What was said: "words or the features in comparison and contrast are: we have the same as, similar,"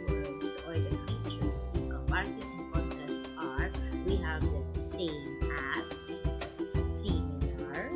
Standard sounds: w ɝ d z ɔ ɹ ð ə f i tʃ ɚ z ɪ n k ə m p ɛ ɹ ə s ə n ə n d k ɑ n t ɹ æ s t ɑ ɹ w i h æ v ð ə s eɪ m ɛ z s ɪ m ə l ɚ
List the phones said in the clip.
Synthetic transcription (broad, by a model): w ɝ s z ɔ ɹ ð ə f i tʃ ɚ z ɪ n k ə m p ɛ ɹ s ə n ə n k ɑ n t æ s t ɑ ɹ w i h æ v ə s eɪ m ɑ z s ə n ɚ